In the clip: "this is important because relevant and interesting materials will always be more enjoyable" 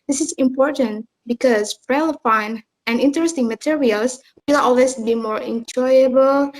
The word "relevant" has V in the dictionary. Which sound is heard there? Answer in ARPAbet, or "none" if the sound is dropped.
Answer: F